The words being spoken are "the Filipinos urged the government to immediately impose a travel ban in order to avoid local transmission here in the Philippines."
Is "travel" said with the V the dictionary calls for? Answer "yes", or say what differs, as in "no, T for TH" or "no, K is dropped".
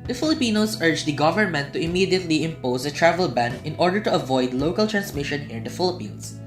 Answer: yes